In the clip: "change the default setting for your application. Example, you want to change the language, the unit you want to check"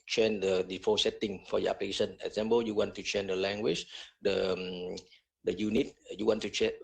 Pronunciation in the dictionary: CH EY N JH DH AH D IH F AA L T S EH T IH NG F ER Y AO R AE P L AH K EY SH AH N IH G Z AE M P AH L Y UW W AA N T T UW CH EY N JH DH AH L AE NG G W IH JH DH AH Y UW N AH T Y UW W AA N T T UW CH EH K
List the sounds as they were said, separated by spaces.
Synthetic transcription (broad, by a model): CH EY N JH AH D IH F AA S EH T IH NG F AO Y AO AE P L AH K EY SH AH N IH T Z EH M B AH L Y UW W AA N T T UW CH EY N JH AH L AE NG G W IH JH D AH Y UW N AH T Y UW W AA N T T UW CH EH